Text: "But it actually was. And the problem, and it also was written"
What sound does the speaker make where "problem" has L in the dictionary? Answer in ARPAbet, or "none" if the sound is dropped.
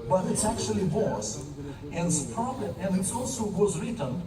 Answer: none